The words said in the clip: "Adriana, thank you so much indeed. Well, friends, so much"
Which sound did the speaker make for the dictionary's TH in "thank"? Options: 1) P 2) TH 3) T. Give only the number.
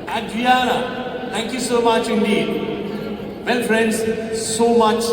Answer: 3